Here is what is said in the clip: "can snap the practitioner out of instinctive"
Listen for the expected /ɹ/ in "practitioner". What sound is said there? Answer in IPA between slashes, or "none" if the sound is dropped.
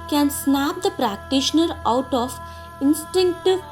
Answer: /ɹ/